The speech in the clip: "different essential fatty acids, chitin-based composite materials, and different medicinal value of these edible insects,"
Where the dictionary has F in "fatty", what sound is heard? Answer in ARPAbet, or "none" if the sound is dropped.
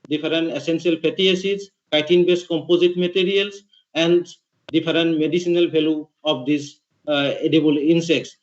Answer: P